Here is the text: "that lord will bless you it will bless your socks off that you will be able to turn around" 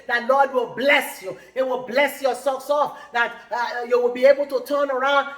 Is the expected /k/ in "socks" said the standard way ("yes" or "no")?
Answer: no